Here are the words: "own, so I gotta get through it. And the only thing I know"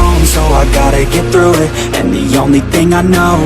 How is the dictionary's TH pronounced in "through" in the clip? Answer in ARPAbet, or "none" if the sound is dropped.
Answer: TH